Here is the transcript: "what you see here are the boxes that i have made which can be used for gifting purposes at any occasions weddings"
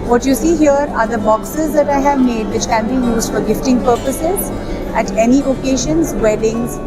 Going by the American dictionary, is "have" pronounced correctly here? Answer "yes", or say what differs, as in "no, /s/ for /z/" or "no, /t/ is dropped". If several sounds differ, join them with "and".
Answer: yes